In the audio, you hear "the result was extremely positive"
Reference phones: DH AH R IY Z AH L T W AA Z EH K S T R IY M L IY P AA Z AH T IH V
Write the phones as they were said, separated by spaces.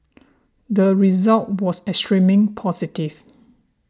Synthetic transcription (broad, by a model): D AH R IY Z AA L T W AA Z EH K S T R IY M IY P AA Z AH T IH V